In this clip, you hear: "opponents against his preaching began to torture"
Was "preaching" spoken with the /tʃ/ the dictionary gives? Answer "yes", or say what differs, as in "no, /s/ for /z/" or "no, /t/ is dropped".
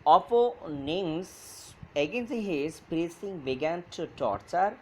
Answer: no, /s/ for /tʃ/